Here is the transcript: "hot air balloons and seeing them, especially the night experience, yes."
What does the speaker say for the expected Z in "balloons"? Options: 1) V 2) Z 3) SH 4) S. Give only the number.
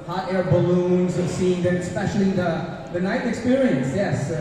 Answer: 2